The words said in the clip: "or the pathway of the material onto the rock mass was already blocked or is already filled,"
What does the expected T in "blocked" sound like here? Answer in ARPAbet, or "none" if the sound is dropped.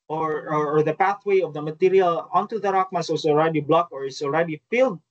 none